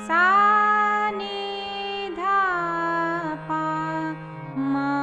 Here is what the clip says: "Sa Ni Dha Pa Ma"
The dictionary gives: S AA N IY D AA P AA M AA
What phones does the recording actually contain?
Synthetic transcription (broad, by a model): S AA N IY D AA P AA M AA